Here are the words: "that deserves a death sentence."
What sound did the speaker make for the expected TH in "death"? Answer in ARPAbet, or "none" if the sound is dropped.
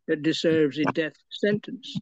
TH